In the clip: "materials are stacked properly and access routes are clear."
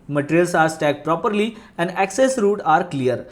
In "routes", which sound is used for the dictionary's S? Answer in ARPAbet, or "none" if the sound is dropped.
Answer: none